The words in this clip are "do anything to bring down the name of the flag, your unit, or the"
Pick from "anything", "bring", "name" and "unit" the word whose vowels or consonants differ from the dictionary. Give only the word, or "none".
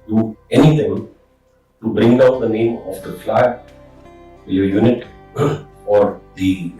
anything